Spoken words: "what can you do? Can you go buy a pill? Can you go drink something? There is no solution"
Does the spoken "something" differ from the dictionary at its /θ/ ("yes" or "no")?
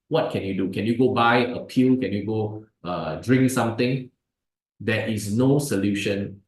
yes